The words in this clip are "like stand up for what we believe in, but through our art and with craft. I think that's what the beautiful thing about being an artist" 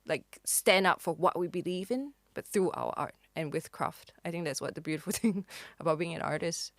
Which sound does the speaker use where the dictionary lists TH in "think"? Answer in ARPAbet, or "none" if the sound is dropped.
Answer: TH